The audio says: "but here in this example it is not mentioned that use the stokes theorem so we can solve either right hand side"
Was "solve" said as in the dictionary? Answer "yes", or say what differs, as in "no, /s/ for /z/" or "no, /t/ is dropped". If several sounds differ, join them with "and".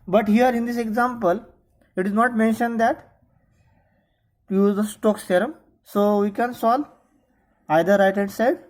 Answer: no, /v/ is dropped